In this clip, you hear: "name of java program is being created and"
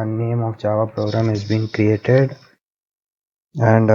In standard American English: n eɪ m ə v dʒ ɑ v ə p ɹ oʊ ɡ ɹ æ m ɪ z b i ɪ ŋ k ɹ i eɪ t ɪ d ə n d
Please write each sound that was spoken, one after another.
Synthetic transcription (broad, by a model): n eɪ m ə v tʃ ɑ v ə p ɹ oʊ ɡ ɹ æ m ɪ z b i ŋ k ɹ i eɪ t ɪ d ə n d